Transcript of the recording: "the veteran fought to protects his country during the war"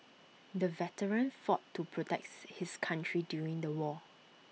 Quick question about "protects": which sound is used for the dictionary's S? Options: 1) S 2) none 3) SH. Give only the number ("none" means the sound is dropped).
2